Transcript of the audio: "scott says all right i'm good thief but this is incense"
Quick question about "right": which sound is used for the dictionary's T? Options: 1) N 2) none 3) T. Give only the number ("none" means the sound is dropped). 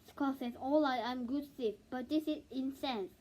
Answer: 2